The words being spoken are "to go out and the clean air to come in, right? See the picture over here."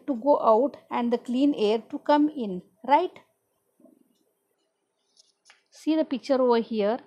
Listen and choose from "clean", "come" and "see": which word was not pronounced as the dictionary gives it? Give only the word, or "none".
none